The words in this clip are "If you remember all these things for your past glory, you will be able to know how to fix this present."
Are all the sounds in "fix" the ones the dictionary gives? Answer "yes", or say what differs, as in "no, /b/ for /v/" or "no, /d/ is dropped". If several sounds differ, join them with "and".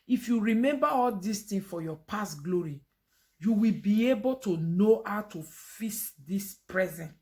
no, /k/ is dropped